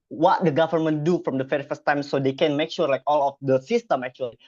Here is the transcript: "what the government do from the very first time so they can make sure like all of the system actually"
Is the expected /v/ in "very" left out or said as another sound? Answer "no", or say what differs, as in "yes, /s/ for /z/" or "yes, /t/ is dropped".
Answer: yes, /f/ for /v/